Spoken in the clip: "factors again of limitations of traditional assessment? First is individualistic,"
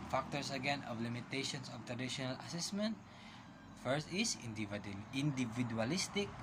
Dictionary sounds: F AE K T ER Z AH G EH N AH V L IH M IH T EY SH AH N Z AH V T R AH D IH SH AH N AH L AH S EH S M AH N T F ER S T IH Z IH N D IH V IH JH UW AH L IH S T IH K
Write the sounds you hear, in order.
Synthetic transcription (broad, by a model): F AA K T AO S AH G EH N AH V L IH M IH T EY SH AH N S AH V T R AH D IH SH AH N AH L AH S EH S M AH N T F ER S T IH S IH N D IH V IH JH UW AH L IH S T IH K